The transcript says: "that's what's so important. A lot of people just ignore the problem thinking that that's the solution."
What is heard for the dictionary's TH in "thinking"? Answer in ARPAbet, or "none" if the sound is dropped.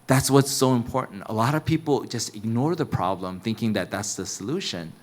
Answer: TH